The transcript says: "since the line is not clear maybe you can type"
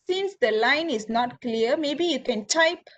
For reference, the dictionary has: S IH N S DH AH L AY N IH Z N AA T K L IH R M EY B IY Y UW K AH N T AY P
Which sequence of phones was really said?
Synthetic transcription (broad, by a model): S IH N S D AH L AY N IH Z N AA T K L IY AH M EY B IY Y UW K AH N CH AY P